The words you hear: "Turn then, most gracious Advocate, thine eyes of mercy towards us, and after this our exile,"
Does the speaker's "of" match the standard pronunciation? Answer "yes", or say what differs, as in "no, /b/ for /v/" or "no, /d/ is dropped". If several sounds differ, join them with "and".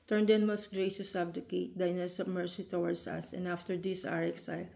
no, /b/ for /v/